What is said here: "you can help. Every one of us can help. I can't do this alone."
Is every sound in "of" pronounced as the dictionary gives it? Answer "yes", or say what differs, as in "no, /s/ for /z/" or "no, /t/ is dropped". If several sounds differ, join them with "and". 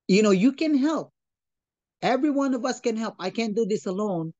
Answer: yes